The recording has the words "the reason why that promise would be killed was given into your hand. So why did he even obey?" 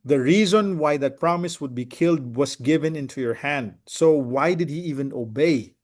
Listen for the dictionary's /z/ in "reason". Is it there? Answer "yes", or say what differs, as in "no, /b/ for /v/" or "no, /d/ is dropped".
yes